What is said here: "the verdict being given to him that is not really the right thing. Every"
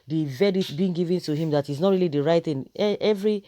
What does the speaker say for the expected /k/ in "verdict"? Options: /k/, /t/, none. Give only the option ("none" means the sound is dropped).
none